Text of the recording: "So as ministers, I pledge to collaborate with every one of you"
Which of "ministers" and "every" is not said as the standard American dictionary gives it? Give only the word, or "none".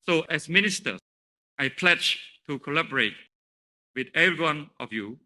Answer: ministers